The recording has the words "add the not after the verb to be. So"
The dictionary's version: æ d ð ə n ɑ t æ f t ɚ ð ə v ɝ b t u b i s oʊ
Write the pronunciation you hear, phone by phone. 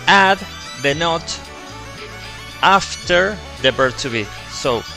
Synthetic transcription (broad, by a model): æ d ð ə n ɑ t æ f t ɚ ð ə b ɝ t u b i s oʊ